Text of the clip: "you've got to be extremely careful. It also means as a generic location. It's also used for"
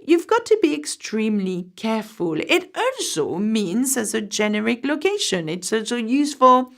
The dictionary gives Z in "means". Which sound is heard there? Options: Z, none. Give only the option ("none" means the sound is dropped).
Z